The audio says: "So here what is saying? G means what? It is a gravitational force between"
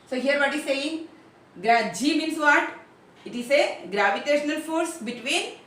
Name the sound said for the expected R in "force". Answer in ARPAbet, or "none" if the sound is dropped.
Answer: R